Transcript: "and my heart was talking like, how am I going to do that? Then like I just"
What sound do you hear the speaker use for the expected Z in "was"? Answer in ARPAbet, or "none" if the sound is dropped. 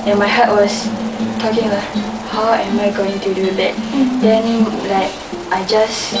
S